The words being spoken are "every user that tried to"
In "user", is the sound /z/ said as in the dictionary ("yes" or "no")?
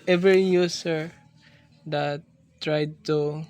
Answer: no